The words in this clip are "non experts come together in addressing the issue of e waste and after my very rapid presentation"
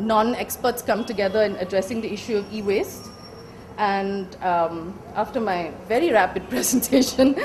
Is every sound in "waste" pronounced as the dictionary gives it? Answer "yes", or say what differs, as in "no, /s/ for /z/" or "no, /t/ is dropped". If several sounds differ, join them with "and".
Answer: yes